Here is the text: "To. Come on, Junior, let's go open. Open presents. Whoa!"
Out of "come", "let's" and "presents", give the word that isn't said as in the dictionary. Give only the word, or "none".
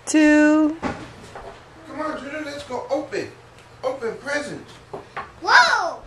presents